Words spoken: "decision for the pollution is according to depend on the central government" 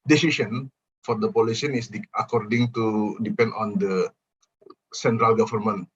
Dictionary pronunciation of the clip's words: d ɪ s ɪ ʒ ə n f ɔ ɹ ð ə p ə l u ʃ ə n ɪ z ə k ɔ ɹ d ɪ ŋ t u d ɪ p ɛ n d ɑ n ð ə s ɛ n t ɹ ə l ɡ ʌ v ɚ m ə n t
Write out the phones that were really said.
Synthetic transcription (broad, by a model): d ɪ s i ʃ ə n f ɔ ɹ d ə p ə l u s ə n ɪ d ə k ɔ ɹ d ɪ ŋ t u d ɪ p ɛ n d ɑ n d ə s ɛ n t ɹ ə l ɡ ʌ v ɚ m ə n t